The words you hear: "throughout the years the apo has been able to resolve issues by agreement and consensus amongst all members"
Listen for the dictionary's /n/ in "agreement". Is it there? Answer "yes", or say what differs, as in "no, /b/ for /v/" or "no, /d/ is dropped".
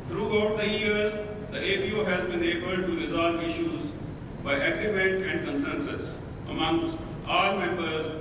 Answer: no, /n/ is dropped